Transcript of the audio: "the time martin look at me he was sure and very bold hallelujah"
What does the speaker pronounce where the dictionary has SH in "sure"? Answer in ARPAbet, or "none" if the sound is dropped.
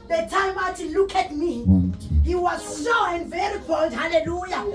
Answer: S